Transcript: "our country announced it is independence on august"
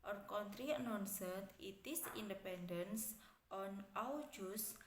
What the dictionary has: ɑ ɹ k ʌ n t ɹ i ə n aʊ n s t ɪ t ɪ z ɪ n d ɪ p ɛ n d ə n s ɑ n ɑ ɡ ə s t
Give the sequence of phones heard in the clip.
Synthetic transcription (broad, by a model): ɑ ɹ k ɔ n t ɹ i n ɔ n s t ɪ t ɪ s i n d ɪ p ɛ n d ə n s ɑ n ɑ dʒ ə s